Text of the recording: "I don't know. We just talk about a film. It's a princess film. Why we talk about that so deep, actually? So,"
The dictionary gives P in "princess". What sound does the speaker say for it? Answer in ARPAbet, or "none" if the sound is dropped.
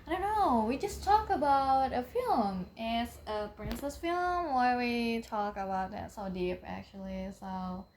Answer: P